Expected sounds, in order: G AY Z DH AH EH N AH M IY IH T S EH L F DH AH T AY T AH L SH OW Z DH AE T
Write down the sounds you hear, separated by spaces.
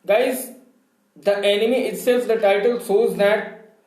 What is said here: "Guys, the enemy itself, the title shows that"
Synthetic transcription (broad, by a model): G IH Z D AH EH N AH M IY IH T S EH L F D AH T AY T AH L S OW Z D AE T